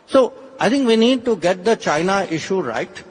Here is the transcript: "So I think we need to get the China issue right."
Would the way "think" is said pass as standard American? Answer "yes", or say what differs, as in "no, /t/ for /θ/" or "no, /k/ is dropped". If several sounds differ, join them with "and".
no, /t/ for /θ/